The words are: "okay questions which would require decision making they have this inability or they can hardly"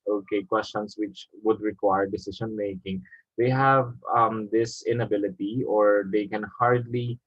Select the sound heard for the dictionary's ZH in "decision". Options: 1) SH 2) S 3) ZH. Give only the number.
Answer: 2